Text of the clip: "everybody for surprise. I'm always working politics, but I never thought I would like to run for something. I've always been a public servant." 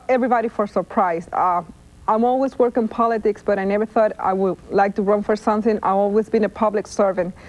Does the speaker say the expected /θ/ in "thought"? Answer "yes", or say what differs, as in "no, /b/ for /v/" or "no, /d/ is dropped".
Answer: yes